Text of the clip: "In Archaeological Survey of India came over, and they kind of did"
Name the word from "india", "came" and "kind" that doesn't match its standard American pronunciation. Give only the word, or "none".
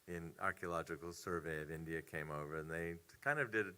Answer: none